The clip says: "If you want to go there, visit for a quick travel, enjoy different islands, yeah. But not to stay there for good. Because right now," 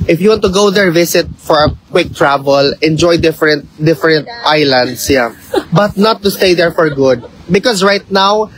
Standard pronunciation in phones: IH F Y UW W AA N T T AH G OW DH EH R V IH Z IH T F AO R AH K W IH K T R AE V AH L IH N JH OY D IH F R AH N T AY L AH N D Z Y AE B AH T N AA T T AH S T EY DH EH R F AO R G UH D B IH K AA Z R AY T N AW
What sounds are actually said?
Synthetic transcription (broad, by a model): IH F Y UW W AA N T T AH G OW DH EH R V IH S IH T F AO R AH K W IH K T R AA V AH L IH N JH OY D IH F R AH N T AY L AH N D S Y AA B AH T N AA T T AH S T EY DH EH R F AO R G UH D B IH K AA S R AY T N AW